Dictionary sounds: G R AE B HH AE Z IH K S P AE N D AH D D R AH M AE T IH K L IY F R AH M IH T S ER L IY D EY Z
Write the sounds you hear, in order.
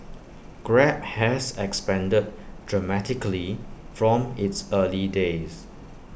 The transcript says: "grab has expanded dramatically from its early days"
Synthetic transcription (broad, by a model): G R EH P HH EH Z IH K S P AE N D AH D D R AH M AE T IH K L IY F R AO M IH T S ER L IY D EY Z